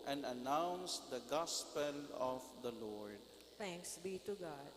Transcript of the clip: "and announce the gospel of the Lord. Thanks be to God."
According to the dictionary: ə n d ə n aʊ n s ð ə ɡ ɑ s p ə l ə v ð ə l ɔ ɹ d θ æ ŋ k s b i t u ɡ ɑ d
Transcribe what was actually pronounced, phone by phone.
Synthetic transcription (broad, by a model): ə n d ə n aʊ n s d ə ɡ ɑ s p ə l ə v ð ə l ɔ ɹ d t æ ŋ k s b i t u ɡ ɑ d